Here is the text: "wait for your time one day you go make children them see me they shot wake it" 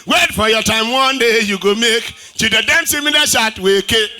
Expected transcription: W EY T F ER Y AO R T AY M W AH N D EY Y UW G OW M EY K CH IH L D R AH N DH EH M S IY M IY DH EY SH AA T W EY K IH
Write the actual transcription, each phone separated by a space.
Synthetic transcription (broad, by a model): W EY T F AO Y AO T AY M W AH N D EY Y UW G OW M EY K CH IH D AH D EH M S IY M IY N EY SH AA T W EY K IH